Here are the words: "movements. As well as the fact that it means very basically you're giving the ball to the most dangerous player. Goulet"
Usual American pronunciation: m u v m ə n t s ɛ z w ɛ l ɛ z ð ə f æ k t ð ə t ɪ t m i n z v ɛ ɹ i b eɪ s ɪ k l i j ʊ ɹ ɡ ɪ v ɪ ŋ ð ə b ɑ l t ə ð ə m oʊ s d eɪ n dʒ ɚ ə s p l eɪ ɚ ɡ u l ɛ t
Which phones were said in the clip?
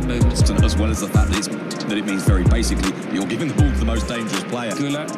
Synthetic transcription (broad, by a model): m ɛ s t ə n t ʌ z w ɛ l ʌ z ð ə f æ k t ð ə t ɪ t m i n z v ɛ ɹ i b eɪ s ɪ k l i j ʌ l ɡ ɪ v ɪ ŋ ð ə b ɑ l t ə ð ə m oʊ s d eɪ n dʒ ɚ ə s p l eɪ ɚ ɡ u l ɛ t